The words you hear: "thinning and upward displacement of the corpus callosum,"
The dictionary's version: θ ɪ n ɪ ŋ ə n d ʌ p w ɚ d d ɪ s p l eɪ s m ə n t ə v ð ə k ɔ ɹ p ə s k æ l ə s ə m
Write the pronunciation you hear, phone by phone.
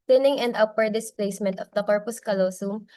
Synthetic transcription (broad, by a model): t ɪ n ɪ ŋ ə n d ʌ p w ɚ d d ɪ s p l eɪ s m ə n t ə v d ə k ɔ ɹ p ə s k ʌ l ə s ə m